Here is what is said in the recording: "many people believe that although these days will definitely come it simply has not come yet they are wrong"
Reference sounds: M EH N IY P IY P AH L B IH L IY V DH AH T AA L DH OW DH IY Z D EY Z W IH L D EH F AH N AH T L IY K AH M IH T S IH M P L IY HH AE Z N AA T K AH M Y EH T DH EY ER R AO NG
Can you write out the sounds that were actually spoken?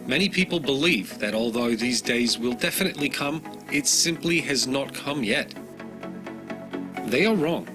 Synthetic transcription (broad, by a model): M EH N IY P IY P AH L B IH L IY V DH AH T AA L DH OW DH IY Z D EY Z W IH L D EH F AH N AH T L IY K AH M IH T S IH M P L IY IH Z N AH T K AH M Y EH T DH EY ER R AO NG